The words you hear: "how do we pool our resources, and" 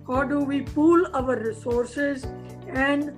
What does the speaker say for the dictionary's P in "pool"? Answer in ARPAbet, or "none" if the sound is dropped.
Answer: P